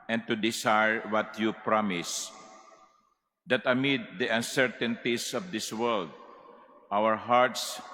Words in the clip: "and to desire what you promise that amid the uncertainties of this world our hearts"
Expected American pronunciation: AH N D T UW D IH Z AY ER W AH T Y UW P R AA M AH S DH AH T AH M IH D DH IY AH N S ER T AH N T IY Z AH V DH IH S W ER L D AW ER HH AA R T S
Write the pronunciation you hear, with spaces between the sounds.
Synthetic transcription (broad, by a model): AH N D T UW D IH S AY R W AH T Y UW P R AA M AH S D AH T AH M IH D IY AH N S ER T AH N T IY S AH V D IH S W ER L D AW ER HH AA R T S